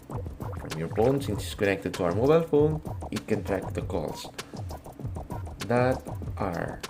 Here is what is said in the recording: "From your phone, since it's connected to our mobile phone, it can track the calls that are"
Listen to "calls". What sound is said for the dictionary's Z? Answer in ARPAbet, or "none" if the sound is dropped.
S